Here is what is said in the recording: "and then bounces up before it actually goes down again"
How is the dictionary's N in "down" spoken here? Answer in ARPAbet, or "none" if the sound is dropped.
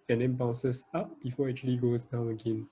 none